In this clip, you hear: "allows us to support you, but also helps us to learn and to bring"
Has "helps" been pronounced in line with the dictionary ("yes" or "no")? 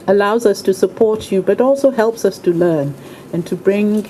yes